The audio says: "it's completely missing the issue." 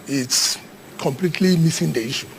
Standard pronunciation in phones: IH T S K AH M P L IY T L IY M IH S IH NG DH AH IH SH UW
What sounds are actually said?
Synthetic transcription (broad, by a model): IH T S K AH M P L IY T L IY M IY S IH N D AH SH